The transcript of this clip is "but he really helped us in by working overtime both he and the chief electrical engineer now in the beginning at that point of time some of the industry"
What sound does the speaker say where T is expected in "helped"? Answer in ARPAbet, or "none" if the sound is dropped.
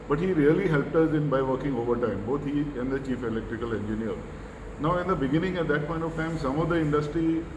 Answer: T